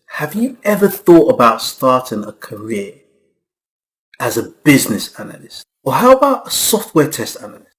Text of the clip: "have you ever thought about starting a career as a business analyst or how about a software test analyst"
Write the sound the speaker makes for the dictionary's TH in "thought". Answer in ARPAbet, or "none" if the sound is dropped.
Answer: TH